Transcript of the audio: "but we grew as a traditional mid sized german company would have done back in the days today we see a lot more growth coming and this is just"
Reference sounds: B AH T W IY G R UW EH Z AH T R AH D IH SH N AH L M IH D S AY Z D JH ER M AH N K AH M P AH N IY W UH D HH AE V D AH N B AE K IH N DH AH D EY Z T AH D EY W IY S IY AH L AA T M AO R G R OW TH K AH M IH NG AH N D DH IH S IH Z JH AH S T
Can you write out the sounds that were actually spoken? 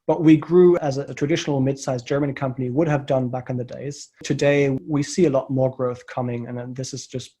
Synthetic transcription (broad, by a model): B AH T W IY G R UW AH Z AH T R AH D IH SH N L M IH D S AY Z JH ER M AH N K AH M P AH N IY W UH D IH V D AH N B AE K IH N DH AH D EY Z T AH D EY W IY S IY AH L AA T M AO R G R OW TH K AH M IH NG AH N DH IH S IH Z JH AH S T